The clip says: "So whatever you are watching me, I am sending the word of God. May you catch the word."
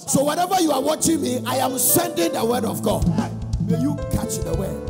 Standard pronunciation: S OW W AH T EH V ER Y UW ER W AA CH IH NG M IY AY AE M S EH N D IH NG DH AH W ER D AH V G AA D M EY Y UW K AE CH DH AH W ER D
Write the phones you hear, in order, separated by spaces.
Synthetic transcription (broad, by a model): S OW W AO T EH V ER Y UW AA W AA CH IH NG M IY AY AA M S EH N D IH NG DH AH W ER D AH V G AA D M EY Y UW K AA CH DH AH W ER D